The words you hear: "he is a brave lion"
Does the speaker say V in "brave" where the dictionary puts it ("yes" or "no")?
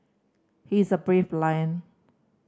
no